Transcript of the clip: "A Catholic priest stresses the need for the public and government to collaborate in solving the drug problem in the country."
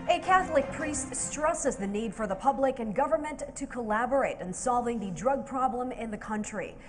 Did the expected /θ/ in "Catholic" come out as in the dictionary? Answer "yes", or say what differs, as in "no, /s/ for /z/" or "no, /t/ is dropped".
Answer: yes